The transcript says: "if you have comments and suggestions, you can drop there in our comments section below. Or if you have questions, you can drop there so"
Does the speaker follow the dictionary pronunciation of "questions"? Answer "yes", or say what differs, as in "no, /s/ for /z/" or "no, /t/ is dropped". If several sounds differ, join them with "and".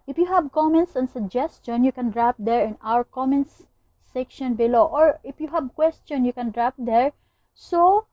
no, /z/ is dropped